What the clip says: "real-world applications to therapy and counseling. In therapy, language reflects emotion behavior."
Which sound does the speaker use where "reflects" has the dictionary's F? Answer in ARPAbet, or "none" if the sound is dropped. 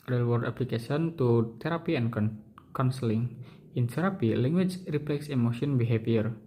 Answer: P